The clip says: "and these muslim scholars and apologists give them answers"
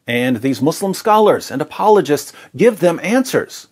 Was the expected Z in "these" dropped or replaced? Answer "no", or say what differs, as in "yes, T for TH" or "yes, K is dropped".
no